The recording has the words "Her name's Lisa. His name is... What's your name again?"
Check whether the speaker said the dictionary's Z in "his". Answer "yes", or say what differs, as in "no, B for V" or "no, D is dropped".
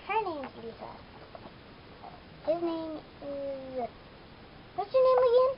yes